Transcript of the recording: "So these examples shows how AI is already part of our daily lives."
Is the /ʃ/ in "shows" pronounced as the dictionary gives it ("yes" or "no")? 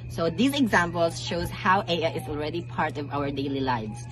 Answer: yes